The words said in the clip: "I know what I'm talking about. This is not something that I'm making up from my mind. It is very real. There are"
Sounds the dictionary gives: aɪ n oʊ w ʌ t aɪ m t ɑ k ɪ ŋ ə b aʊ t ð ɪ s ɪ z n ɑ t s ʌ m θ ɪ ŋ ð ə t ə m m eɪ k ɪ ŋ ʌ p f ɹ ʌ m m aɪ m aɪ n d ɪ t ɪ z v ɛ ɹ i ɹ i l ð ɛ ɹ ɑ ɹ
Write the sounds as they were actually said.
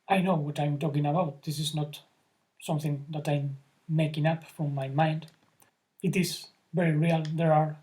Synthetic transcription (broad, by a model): aɪ n oʊ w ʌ t aɪ m t ɑ k ɪ ŋ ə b aʊ t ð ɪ s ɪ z n ɑ t s ʌ m θ ɪ ŋ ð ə t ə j m eɪ k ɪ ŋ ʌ p f ɹ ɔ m m aɪ m aɪ n d ɪ t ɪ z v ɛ ɹ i ɹ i l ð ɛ ɹ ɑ ɹ